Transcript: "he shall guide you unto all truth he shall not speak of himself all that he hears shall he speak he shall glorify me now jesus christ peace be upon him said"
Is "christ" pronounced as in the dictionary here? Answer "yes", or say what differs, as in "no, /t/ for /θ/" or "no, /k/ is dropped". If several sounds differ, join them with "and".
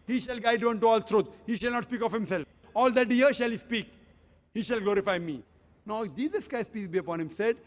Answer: no, /ɹ/ is dropped